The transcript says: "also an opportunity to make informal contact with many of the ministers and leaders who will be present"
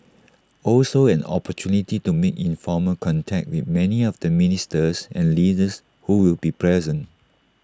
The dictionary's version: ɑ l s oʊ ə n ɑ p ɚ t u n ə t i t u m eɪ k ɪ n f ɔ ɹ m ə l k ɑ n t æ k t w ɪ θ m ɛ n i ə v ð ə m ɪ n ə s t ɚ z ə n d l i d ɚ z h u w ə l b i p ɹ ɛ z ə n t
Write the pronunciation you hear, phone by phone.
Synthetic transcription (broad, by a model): ɑ l s oʊ ə n ɑ p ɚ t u n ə t i t u m eɪ k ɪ n f ɔ m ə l k ɑ n t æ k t w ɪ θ m ɛ n i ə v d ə m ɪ n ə s t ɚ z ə n l i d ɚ s h u w ə l b i p ɹ ɛ z ə n t